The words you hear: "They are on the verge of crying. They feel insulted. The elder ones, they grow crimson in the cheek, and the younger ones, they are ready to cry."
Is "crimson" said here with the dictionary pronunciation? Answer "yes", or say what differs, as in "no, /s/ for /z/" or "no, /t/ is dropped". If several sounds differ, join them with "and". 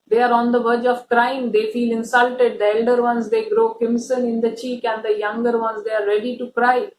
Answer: no, /ɹ/ is dropped and /s/ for /z/